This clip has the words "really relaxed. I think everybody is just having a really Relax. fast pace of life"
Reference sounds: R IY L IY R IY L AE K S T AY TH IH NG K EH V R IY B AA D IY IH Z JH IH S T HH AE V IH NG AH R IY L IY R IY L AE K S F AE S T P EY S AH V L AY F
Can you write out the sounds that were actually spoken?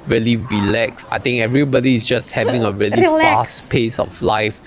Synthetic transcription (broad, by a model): R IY L IY R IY L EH K S AY T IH NG K EH V R IY B AA D IY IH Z JH IH S T HH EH V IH NG AH R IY IY L IY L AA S S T P EY S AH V L AY F